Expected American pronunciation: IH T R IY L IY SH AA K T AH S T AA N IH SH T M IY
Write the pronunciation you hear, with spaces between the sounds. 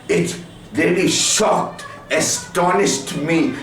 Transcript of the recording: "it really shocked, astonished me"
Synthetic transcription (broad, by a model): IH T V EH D IY SH AA K T AH S T AA N IH SH T M IY